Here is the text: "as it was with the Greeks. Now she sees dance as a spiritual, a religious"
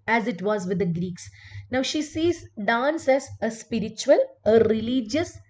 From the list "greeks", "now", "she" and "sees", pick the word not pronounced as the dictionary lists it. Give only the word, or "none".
none